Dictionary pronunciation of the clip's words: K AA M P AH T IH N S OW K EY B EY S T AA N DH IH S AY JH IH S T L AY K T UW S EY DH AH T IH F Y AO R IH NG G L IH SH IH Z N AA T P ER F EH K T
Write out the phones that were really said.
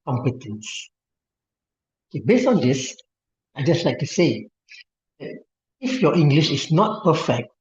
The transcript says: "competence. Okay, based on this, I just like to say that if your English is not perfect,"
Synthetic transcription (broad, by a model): K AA M P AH T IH N S OW K EY B EY S T AA N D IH S AY JH IH S T L AY K T UW S EY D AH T IH F Y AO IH NG G L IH SH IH S N AA T P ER F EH K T